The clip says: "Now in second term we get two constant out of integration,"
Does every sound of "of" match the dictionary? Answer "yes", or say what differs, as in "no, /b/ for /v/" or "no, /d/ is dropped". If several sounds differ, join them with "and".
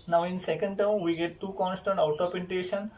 no, /p/ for /v/